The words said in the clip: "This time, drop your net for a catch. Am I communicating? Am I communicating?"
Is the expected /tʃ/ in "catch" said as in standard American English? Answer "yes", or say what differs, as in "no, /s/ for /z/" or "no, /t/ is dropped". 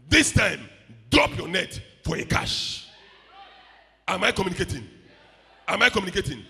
no, /ʃ/ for /tʃ/